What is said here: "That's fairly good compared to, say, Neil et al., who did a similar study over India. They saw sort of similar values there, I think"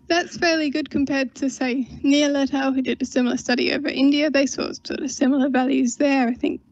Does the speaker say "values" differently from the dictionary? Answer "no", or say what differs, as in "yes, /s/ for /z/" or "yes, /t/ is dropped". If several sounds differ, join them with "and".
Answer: no